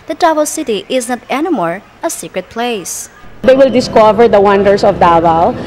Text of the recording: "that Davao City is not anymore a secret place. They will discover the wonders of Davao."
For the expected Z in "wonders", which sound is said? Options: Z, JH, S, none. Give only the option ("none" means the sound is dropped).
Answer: S